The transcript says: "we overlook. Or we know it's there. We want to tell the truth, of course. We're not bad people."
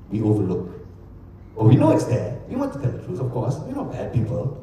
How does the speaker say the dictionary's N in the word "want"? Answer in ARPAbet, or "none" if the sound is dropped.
none